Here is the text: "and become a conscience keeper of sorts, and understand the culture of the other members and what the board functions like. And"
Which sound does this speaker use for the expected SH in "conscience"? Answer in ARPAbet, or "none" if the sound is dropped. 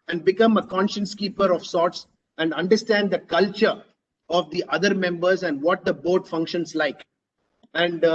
SH